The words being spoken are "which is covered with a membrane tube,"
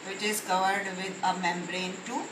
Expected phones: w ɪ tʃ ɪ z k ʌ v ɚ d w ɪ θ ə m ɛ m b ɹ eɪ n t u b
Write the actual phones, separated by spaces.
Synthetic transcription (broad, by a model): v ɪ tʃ ɪ z k ʌ v ɚ d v ɪ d ə m ɛ m b ɹ eɪ n t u